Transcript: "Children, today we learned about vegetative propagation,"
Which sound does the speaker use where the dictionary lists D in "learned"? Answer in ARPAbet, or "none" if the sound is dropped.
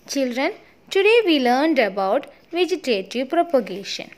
D